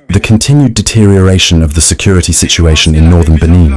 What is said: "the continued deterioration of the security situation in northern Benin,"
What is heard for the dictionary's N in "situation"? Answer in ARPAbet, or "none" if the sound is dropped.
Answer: N